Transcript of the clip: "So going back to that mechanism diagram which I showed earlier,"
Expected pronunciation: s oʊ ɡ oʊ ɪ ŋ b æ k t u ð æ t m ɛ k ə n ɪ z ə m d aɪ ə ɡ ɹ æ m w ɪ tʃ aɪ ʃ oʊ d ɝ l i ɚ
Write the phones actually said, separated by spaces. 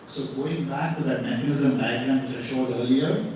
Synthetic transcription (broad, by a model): s oʊ ɡ oʊ ɪ ŋ b æ k t u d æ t m ɛ k ə n ɪ z ə m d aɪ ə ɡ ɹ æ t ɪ ʃ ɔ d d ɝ l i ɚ